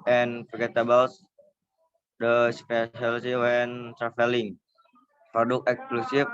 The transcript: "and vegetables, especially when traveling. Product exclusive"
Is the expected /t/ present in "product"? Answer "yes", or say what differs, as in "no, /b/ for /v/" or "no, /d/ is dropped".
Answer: no, /t/ is dropped